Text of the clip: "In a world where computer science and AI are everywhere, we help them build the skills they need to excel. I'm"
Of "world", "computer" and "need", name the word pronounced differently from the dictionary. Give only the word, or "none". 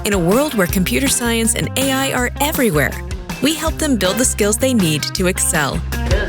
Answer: none